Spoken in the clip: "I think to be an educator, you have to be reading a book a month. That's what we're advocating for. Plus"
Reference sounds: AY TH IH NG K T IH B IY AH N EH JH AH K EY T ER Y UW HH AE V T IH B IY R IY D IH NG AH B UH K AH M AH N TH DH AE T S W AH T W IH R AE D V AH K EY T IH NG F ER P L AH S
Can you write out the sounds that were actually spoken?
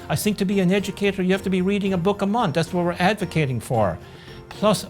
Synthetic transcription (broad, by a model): AY TH IH NG K T IH B IY AH N EH JH AH K EY T ER Y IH HH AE F T IH B IY R IY D IH NG AH B UH K AH M AH N TH DH AE T S W AH T W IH R AE D V AH K EY T IH NG F ER P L AH S